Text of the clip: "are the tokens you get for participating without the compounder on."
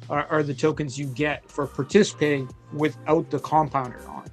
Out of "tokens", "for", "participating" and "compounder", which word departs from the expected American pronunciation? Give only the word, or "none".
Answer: none